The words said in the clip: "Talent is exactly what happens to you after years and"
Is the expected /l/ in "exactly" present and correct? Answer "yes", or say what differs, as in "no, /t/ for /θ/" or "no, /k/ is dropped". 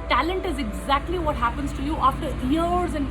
yes